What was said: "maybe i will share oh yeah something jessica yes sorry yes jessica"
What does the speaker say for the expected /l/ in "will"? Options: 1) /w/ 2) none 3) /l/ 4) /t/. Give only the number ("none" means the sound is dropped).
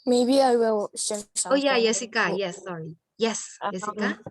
1